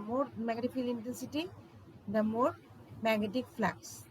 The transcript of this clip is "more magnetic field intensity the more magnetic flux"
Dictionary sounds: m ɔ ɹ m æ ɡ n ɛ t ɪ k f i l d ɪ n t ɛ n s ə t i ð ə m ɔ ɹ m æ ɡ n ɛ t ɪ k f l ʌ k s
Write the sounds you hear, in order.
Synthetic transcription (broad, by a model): m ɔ ɹ m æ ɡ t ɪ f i l ɪ n t ɛ n s ə t i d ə m ɔ ɹ m æ ɡ n ɛ t ɪ k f l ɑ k s